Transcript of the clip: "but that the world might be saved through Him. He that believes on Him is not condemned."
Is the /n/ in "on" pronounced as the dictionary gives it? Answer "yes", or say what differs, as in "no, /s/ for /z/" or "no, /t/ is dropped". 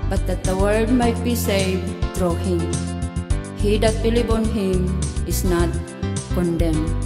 yes